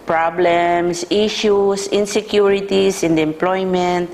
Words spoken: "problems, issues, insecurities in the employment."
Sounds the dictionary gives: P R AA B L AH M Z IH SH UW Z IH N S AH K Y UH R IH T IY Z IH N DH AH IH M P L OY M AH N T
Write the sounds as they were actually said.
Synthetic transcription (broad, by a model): P R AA B L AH M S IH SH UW S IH N S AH K Y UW R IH T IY S IH N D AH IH M P L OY M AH N T